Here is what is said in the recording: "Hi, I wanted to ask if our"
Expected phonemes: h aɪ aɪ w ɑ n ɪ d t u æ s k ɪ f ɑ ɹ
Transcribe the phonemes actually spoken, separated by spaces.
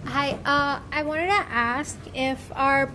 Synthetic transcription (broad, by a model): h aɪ aɪ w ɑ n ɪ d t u æ s k ɪ f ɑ ɹ